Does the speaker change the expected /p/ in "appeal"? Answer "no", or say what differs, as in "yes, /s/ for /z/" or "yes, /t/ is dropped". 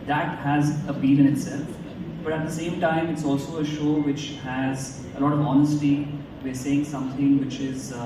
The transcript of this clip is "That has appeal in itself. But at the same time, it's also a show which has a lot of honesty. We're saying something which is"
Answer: yes, /b/ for /p/